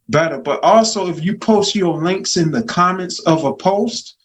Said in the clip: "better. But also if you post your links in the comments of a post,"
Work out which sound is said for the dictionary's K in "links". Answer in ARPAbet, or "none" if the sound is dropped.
K